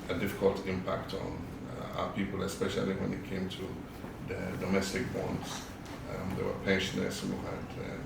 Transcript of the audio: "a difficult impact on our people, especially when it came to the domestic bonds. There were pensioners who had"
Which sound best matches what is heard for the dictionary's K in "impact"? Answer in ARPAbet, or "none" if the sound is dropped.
K